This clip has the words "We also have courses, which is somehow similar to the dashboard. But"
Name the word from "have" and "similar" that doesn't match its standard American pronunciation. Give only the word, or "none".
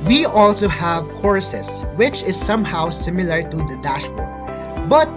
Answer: none